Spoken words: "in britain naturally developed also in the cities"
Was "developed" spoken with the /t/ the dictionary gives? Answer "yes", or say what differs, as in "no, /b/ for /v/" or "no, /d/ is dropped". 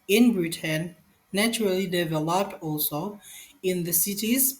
yes